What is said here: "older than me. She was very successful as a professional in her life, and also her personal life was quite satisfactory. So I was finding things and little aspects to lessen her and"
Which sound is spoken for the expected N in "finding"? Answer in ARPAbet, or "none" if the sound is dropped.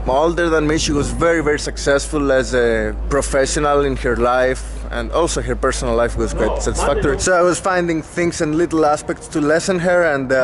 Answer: N